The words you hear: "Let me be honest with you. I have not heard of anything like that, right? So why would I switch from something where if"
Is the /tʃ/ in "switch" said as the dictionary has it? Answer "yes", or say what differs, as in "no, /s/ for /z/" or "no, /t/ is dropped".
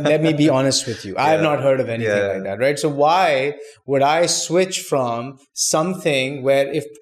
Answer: yes